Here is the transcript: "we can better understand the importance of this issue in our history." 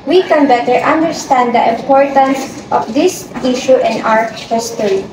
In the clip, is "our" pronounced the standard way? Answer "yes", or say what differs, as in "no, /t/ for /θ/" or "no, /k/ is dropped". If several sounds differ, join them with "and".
no, /w/ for /ɹ/